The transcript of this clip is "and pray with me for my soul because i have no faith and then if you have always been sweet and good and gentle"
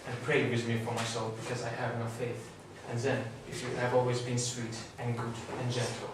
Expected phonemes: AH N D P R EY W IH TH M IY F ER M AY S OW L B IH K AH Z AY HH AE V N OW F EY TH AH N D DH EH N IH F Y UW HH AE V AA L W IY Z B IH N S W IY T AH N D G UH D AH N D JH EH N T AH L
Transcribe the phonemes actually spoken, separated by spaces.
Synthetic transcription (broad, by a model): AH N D P R EY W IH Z M IY F ER M AY S OW L B IH K AH Z AY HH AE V N OW F EY TH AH N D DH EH N IH F Y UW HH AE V AA L W IY Z B IH N S W IY T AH N G UH D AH N JH EH N T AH L